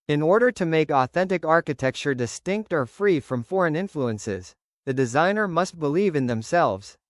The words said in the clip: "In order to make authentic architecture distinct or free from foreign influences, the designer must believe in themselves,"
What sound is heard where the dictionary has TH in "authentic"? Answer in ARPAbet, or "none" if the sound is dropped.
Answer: TH